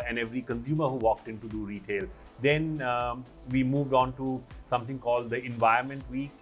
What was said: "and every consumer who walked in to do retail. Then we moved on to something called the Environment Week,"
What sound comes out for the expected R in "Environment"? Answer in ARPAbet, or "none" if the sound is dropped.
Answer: none